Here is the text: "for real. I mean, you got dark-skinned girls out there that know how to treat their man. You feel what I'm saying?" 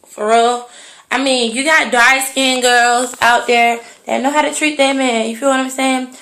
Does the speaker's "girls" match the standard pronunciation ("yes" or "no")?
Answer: yes